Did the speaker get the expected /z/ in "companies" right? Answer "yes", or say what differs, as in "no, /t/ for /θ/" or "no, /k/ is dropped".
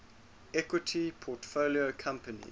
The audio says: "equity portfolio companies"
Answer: no, /z/ is dropped